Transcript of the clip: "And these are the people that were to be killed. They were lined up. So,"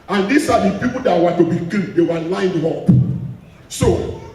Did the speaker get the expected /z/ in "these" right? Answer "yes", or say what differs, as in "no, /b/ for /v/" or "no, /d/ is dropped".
no, /s/ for /z/